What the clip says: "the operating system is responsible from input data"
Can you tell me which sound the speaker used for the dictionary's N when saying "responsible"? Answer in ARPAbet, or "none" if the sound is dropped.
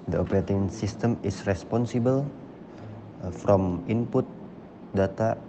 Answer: N